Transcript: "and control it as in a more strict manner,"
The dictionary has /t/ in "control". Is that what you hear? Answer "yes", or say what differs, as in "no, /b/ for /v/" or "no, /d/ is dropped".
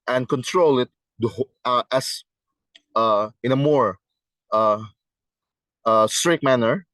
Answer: yes